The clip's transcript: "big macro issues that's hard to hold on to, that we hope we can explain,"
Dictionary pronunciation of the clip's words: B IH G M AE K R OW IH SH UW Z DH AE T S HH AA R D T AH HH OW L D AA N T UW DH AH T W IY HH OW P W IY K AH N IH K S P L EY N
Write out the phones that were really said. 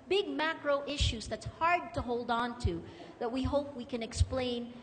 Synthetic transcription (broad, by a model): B IH G M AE K R OW IH SH UW Z DH AE T S HH AA R D T AH HH OW L D N T UW DH AH T W IY HH OW P W IY K AH N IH K S P L EY N